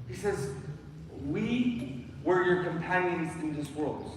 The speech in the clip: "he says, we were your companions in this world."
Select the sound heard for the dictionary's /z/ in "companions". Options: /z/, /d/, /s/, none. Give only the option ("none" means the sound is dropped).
/z/